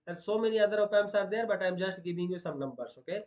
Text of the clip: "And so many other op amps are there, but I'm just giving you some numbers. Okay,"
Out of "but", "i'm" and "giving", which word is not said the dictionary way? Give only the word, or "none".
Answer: giving